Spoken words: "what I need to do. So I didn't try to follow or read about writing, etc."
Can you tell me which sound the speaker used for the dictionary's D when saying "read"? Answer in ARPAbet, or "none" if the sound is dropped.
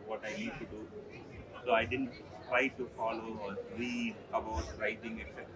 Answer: none